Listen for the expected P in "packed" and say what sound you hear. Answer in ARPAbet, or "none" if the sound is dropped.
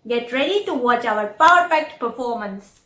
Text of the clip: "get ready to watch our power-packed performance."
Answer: F